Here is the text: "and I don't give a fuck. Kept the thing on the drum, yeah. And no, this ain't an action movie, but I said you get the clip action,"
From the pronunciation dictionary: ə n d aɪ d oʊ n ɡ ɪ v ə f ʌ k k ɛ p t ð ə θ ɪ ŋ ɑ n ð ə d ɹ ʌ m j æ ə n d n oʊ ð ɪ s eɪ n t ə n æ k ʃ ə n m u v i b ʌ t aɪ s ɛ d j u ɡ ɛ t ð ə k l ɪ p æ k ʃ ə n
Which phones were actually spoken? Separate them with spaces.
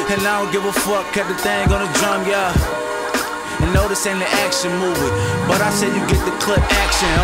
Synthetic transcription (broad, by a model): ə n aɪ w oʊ ɡ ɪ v ə f ʌ k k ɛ t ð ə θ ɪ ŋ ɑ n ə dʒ ʌ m j æ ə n n oʊ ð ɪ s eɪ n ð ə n æ k ʃ ə n m u v i b ʌ t aɪ s ɛ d j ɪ ɡ ɛ t ð ə k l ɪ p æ k ʃ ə n